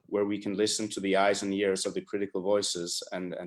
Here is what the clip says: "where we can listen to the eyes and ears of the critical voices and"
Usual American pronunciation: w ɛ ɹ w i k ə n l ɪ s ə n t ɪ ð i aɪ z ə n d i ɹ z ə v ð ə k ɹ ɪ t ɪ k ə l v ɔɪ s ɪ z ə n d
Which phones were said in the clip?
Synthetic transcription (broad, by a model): w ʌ ɹ w i k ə n l ɪ s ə n t ɪ ð i aɪ z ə n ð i ɹ z ə v ð ə k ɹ ɪ t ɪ k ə l v ɔɪ s ɪ z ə n